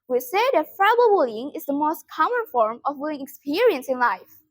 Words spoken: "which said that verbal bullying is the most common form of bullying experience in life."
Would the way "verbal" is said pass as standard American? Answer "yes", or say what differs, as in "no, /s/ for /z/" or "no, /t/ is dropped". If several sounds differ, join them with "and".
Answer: no, /f/ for /v/